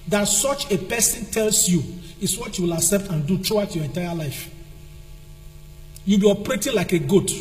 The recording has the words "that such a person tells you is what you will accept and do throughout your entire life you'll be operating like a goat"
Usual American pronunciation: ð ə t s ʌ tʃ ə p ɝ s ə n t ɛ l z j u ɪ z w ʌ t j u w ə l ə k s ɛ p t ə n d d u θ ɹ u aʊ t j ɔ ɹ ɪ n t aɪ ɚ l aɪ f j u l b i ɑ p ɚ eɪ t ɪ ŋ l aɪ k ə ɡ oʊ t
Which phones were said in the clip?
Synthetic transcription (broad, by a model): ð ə t s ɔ tʃ ə p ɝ s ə n t ɛ l s j u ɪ s w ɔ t j u w ə l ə s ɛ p t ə n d d u t ɹ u aʊ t j ɔ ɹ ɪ n t aɪ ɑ l aɪ f j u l b i ɑ p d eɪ t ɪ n l aɪ k ə ɡ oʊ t